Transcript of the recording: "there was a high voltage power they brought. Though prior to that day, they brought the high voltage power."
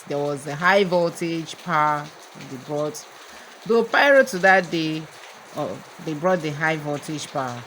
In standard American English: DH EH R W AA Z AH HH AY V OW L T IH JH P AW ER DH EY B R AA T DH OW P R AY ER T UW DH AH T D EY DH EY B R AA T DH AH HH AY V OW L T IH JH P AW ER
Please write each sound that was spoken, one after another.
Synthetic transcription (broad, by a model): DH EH W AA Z AH HH AY V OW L T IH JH P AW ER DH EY B R AA T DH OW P AY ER T UW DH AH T D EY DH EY B R AA T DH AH HH AY V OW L T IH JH P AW